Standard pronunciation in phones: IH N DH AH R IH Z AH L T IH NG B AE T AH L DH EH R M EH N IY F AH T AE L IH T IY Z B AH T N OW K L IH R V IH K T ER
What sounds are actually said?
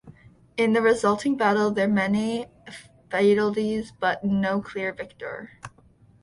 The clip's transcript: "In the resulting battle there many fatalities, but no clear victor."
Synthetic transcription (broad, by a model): IH N DH AH R IH Z AH L T IH NG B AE T L DH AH R M EH N IY F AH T L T IY Z B AH T N OW K L IH R V IH K T ER